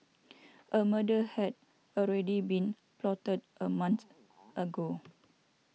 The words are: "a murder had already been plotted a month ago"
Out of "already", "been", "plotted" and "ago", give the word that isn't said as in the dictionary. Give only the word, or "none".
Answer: none